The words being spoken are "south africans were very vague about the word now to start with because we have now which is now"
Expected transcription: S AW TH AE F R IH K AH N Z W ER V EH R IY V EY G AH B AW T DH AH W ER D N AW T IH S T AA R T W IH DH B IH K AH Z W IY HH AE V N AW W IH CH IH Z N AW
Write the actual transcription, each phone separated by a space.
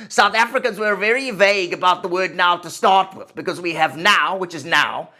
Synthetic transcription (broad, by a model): S AW TH AE F R IH K AH N Z W ER V EH R IY V EY G AH B AW T DH AH W ER D N AW T IH S T AA R T W IH DH B IH K AH Z W IY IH V N AW W IH CH IH Z N AW